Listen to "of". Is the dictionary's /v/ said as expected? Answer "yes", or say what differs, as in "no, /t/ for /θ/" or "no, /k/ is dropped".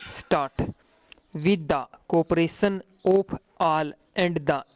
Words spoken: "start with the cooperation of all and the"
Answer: no, /p/ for /v/